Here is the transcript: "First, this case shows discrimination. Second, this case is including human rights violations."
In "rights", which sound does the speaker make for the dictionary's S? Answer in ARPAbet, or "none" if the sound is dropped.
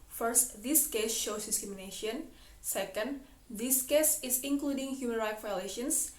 none